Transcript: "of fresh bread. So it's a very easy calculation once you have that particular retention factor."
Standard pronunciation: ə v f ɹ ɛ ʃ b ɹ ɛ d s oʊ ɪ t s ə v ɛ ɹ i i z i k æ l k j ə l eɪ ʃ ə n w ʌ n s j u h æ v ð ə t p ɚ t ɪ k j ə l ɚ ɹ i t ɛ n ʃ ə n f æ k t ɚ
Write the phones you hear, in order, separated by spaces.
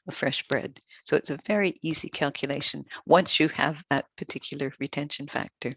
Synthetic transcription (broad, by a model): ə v f ɹ ɛ ʃ b ɹ ɛ d s oʊ ɪ t s ə v ɛ ɹ i i z i k æ l k j ə l eɪ ʃ ə n w ʌ n s j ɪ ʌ v ð ə t p ɚ t ɪ k j l ɚ ɹ i t ɛ n ʃ ə n f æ k t ɚ